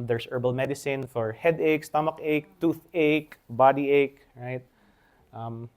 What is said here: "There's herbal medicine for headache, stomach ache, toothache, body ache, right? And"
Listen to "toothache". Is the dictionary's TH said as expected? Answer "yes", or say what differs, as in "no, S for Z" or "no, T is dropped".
yes